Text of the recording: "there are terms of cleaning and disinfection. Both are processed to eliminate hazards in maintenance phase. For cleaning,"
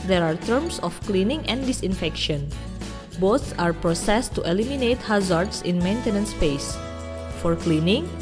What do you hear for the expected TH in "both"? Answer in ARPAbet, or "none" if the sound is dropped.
S